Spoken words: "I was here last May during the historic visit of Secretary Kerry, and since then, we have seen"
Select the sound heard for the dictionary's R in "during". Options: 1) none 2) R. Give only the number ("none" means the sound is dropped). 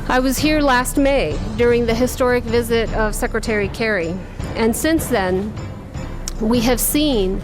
2